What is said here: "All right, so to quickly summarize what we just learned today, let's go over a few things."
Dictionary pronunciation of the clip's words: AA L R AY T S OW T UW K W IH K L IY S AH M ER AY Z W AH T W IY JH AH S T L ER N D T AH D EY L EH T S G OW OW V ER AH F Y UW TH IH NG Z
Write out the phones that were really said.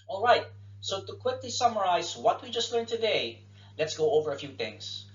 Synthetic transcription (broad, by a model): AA L R AY T S OW T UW K W IH K L IY S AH M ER AY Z W AH T W IY JH AH S T L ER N T AH D EY L EH T S G OW OW V ER AH F Y UW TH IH NG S